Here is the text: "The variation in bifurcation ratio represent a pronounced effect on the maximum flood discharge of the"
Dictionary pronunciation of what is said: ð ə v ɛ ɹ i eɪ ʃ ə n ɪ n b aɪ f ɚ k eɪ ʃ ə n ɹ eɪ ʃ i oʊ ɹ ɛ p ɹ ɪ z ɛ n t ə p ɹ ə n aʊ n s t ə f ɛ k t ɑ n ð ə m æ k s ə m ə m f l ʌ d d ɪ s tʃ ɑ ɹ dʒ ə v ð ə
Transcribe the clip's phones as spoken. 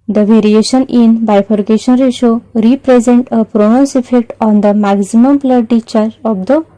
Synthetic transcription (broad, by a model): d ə v ɛ ɹ i eɪ ʃ ə n ɪ n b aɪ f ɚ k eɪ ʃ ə n ɹ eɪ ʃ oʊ ɹ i p ɹ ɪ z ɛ n t ə p ɹ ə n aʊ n s ə f ɛ k t ɑ n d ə m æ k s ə m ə m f l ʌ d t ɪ tʃ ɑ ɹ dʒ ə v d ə